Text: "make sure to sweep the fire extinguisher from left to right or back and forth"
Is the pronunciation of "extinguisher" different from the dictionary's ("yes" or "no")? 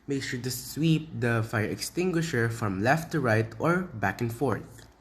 no